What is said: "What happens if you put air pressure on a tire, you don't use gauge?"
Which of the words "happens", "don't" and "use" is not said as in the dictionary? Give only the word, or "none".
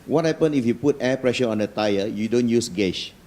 happens